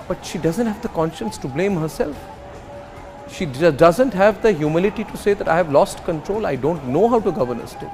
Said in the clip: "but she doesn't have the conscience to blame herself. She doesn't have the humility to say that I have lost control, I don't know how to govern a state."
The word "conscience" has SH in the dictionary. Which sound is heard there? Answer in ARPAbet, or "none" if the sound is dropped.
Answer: SH